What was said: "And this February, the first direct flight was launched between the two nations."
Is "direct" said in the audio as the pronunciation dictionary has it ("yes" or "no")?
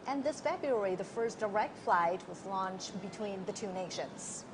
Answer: yes